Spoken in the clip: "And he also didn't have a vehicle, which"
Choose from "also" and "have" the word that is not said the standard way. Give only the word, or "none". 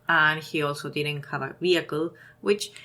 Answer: have